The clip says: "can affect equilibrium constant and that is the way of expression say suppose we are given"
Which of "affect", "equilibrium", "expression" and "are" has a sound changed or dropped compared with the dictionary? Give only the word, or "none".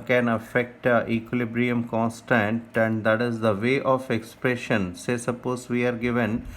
none